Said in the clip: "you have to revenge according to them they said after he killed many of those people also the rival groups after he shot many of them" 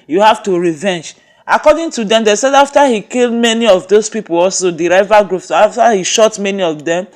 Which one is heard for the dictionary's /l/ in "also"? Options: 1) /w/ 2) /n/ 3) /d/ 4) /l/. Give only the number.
4